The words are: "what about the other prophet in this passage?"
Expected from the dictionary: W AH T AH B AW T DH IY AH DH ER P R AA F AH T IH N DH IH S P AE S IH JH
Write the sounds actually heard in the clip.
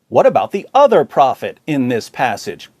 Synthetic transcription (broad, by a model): W AH T AH B AW T DH IY AH DH ER P R AA F AH T IH N DH IH S P AE S IH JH